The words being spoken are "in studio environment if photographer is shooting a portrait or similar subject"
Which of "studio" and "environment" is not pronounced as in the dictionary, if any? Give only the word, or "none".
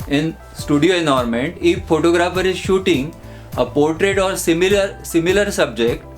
environment